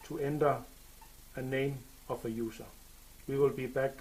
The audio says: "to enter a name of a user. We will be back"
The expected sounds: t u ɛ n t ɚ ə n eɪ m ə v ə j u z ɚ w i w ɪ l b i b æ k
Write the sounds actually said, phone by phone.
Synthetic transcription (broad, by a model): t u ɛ n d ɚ ə n eɪ m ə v ə j u s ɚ w i w ɪ l b i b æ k